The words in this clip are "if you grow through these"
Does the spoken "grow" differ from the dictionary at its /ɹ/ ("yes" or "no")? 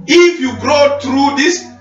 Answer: no